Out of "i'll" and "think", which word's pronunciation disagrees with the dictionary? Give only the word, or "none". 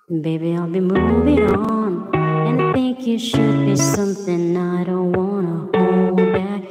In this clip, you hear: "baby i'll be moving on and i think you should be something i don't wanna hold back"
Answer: none